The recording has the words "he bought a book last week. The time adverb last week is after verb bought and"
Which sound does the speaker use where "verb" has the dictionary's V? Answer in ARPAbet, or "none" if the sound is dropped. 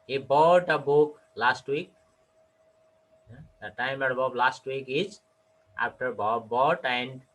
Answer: B